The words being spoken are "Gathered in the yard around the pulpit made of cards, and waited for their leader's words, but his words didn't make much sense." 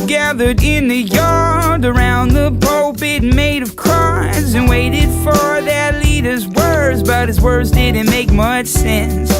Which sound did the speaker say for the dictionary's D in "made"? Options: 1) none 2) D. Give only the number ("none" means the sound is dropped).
2